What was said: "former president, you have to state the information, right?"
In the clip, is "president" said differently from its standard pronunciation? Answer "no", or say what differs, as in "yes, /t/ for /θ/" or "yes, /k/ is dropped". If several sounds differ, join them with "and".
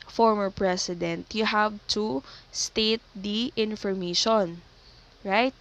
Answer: yes, /s/ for /z/